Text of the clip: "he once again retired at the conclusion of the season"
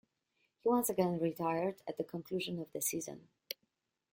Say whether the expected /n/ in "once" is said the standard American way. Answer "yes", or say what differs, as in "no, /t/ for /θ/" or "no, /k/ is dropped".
yes